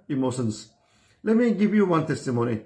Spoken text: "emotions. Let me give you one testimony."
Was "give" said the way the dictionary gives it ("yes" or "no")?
no